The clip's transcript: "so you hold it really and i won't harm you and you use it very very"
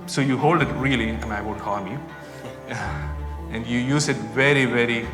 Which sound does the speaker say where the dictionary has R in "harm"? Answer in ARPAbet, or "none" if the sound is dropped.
L